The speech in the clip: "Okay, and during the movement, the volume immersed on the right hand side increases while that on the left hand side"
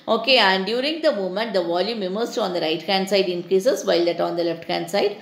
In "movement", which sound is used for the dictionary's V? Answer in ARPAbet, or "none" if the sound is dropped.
none